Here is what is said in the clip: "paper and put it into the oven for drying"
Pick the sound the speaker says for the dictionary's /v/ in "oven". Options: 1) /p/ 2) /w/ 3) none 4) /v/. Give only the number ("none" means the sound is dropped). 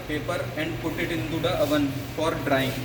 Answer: 4